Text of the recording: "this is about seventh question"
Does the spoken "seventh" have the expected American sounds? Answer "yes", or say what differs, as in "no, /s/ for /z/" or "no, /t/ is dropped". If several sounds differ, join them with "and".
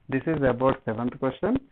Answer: no, /t/ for /θ/